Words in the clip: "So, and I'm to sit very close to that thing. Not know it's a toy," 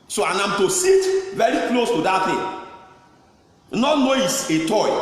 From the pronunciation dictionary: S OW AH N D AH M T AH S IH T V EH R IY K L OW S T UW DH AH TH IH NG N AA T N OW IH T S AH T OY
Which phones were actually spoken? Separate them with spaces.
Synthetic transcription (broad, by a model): S OW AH N AH M T AH S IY T V EH R IY K L OW S T UW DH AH T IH N AA T N OW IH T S AH T OY